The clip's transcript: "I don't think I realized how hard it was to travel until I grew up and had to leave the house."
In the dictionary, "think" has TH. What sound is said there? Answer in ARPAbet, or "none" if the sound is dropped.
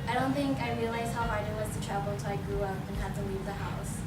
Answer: TH